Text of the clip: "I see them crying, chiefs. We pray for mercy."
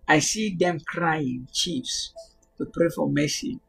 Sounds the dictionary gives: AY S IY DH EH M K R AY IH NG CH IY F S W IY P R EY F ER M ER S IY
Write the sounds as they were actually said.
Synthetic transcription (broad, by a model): AY S IY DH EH M K R AY IH NG CH IY F S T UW P R EY F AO M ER S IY